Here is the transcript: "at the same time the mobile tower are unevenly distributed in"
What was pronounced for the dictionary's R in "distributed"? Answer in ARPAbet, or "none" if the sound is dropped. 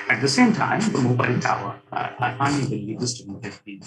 none